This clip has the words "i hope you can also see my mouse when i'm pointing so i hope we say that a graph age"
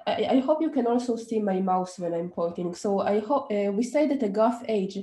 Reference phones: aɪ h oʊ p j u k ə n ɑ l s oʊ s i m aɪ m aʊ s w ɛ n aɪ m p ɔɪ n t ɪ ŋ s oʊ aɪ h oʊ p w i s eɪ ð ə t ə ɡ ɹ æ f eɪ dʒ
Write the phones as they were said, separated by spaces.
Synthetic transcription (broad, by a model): aɪ h oʊ p j u k ə n ɑ l s oʊ s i m aɪ m aʊ s w ɛ n aɪ m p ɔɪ t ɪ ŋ s oʊ aɪ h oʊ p w i s eɪ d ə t ə ɡ ɑ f eɪ dʒ